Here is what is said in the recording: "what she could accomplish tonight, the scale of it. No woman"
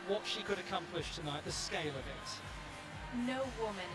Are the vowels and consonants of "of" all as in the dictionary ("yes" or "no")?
yes